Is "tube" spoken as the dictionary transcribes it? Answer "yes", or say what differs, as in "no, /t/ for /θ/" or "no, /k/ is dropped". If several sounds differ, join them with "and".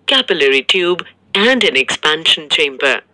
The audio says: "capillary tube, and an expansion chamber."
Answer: yes